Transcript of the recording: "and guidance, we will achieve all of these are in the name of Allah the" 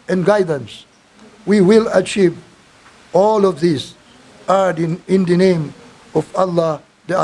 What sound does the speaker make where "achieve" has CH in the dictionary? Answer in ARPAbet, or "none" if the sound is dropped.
CH